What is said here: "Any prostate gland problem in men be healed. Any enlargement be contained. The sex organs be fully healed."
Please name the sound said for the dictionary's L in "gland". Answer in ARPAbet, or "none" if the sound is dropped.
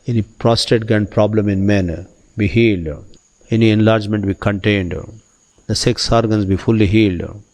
none